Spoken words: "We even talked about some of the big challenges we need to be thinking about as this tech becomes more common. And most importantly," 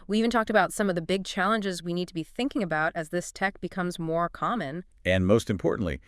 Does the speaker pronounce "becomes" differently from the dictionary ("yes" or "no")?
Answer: no